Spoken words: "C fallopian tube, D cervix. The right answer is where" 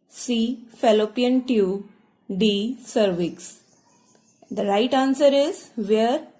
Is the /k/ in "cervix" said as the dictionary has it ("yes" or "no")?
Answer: yes